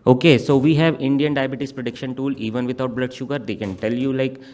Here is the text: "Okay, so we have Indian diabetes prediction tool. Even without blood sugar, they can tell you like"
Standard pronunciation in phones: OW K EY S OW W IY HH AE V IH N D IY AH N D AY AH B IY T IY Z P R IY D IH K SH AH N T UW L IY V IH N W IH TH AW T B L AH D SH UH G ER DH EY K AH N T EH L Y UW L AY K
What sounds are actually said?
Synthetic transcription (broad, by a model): OW K EY S OW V IY HH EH V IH N D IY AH N D AY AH B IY T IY S P R IY D IH K SH AH N T UW L IY V IH N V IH T AW T B L AH D SH UH G ER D EY K AH N T EH L Y UW L AY K